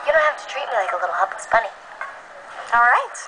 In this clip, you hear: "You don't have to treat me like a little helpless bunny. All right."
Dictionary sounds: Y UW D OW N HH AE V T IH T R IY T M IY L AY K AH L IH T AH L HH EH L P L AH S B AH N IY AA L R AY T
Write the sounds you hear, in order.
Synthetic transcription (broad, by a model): Y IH D OW N HH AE F T IH T R IY T M IY L AY K AH L IH T L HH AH P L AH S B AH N IY AA L R AY T